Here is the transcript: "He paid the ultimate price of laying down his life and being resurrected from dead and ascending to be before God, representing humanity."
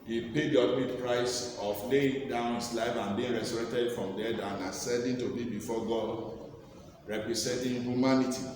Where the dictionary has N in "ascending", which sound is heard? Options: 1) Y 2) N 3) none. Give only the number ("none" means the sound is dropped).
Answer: 3